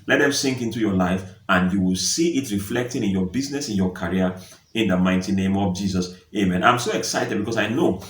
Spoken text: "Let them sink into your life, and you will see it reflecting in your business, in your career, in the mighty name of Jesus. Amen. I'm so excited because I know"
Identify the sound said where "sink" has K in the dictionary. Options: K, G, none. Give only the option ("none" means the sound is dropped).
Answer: K